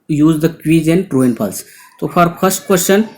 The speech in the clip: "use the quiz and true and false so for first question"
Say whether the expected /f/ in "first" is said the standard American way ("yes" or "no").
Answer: no